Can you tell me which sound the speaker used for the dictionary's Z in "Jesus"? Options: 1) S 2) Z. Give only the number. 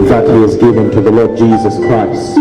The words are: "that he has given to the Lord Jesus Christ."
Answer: 2